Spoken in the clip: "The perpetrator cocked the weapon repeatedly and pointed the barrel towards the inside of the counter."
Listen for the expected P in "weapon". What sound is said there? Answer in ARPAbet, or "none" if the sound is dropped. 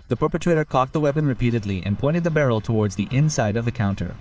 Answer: P